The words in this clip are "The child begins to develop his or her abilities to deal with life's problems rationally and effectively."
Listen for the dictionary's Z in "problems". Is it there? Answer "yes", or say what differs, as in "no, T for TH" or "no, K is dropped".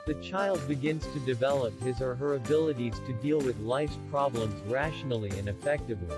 yes